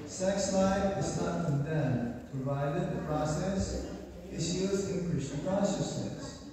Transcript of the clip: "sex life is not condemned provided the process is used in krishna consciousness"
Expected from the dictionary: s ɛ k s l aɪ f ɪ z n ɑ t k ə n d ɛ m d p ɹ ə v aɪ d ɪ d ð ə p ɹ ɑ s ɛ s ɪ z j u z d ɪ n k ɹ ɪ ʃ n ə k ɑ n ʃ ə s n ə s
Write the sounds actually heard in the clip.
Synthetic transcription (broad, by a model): s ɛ k s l aɪ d ɪ z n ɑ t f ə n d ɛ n p ɹ ə v aɪ d ɪ d ð ə p ɹ ɑ s ɛ s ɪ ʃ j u z ɪ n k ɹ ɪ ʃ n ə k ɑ n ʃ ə s n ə s